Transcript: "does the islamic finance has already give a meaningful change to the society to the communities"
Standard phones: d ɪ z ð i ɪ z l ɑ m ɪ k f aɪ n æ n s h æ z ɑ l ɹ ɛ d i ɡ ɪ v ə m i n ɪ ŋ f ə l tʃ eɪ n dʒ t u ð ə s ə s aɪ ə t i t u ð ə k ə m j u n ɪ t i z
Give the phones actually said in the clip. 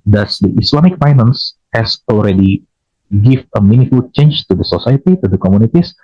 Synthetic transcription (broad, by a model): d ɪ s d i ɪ s l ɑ m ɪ k f aɪ n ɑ n s h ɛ s ɑ l ɹ ɛ d i ɡ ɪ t ə m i n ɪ f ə l tʃ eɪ n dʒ t u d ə s ə s aɪ ə t i t u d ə k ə m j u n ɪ t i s